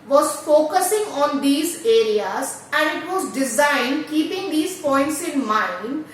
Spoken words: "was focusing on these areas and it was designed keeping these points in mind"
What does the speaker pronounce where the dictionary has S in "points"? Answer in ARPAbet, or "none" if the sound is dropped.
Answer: S